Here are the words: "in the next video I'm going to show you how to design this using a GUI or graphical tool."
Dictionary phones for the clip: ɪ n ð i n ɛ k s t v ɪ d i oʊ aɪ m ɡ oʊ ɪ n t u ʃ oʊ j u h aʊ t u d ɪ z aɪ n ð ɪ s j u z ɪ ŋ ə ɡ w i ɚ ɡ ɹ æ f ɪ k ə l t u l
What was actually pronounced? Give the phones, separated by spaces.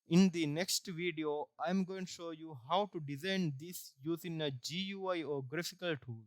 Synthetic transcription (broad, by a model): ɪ n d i n ɛ k s t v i d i oʊ aɪ m ɡ oʊ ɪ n t u ʃ oʊ j u h aʊ t u d ɪ z aɪ n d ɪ s j u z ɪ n ə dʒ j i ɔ ɡ ɹ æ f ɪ k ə l t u l